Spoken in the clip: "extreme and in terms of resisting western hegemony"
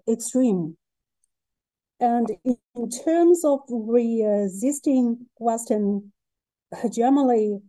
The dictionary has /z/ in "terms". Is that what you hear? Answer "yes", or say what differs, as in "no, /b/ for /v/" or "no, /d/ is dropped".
yes